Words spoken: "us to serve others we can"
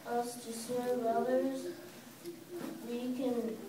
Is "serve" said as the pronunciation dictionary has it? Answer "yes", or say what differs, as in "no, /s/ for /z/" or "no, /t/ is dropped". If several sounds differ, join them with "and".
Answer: no, /v/ is dropped